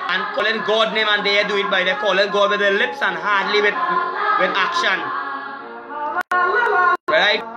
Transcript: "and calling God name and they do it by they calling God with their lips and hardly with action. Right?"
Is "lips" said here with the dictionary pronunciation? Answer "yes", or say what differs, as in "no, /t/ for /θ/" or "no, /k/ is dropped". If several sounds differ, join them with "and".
yes